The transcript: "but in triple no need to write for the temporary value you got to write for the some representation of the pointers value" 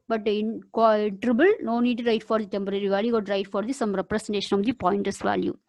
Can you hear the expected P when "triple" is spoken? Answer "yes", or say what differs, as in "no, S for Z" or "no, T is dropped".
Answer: no, B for P